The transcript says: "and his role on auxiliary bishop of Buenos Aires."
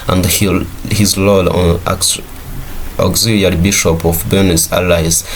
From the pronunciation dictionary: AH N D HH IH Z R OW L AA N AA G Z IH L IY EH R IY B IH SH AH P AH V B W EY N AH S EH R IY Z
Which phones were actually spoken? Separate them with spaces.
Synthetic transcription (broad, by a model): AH N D HH IH Z L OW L AA N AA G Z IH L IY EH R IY B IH SH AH P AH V B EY N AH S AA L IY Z